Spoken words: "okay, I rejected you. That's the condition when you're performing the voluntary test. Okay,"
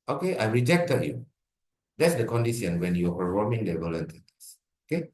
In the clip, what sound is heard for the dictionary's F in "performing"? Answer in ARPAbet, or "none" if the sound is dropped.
none